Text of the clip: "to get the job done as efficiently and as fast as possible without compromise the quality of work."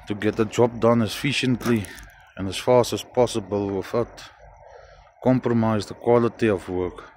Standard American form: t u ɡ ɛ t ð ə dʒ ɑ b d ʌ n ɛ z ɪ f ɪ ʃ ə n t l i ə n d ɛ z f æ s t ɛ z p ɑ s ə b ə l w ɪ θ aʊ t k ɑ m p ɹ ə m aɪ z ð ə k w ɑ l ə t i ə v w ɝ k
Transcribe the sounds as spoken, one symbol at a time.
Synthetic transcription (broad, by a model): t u ɡ ɛ t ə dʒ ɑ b d ʌ n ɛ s f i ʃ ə n t l i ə n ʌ s f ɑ s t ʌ s p ɑ s ə b ə l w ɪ f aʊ t k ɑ m p ɹ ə m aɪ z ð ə k w ɑ l ə t i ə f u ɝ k